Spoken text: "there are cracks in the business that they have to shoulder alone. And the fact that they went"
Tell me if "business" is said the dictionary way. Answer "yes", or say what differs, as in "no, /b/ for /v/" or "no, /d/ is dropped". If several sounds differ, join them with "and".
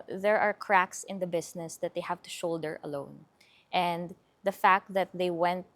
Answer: no, /s/ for /z/